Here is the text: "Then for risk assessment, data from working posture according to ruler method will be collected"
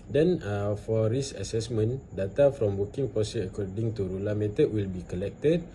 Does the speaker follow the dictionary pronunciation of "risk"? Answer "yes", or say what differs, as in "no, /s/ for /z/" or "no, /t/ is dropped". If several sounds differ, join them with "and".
no, /k/ is dropped